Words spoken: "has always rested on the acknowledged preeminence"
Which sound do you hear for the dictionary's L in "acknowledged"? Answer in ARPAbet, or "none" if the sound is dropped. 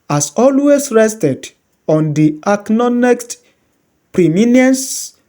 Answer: N